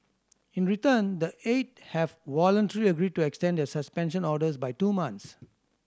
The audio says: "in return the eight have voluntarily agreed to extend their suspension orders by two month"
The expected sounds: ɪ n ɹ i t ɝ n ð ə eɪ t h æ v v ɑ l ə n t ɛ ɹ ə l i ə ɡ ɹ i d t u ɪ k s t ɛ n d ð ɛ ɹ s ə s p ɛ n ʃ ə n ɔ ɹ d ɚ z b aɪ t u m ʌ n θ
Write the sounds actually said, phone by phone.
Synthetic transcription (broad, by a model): ɪ n ɹ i t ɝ n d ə eɪ t h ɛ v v ɑ l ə n t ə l i ə ɡ ɹ i d t u ɪ k s t ɛ n d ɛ s ə s p ɛ n ʃ ə n ɔ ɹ d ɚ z b aɪ t u m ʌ n s